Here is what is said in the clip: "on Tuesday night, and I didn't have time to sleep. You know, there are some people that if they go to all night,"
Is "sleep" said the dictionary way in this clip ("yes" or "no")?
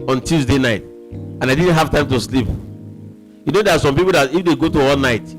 yes